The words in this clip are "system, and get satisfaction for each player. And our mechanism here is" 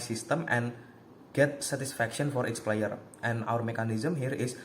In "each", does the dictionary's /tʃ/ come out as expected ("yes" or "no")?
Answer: no